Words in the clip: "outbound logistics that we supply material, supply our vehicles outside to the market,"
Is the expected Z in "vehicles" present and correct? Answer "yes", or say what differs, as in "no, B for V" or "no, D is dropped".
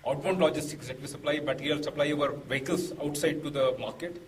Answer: no, S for Z